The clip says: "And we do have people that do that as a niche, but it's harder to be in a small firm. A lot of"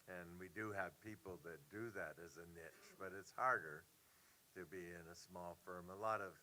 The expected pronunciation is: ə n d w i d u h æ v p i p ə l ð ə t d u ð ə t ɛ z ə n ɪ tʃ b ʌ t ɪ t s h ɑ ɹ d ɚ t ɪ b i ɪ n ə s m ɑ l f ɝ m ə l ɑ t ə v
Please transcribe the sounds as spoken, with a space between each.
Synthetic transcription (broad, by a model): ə n w i d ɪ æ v p i p l ð ə t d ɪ ð ə t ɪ z ə n ɪ tʃ b ʌ t ɪ t s h ɑ ɹ d ɚ t ɪ b i ɪ n ə s m ɑ l f ɝ m ə l ɑ t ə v